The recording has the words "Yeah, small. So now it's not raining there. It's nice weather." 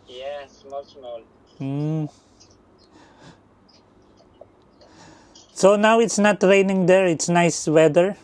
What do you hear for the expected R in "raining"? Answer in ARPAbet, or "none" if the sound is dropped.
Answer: R